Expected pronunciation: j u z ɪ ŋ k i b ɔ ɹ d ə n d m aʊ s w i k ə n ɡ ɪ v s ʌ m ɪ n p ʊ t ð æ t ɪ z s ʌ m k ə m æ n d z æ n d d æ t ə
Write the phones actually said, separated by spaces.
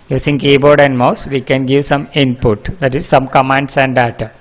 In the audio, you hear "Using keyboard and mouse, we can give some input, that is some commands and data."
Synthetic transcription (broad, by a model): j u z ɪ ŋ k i b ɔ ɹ d ə n d m aʊ s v i k ə n ɡ ɪ v s ʌ m ɪ n p ʊ t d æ t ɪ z s ʌ m k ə m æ n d s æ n d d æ t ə